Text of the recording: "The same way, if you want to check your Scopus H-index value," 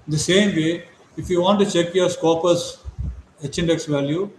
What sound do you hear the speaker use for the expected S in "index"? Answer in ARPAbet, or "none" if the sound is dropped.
S